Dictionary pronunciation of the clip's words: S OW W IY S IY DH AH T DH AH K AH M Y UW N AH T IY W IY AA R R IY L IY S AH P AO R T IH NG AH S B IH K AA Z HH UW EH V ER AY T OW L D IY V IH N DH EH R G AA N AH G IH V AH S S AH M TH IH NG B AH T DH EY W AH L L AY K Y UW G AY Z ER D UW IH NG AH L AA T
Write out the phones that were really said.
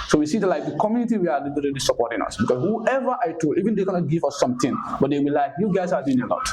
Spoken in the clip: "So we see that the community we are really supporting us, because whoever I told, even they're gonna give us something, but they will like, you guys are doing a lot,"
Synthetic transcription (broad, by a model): S OW W IY S IY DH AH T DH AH K AH M Y UW N AH T IY W IY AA L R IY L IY S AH P AO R T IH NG AH S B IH K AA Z HH UW EH V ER AY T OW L IY V IH N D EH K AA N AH G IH V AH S S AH M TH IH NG B AH T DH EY W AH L L AY K Y UW G AY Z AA D UW IH NG AH L AA T